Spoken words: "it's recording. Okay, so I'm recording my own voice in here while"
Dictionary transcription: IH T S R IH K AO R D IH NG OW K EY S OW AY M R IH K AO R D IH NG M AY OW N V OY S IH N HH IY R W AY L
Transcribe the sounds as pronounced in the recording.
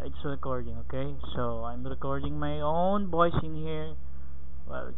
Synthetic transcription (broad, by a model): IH T S R IH K AO R D IH NG OW K EY S OW AY M R IH K AO R D IH NG M AY OW N B OY S IH N HH IY R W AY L